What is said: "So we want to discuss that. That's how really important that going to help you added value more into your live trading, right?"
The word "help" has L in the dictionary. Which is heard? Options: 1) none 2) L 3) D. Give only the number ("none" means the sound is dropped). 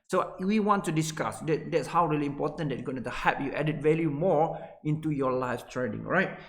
1